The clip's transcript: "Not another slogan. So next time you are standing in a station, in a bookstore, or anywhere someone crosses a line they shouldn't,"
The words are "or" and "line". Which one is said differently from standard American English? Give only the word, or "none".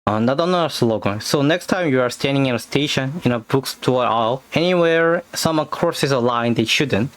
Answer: or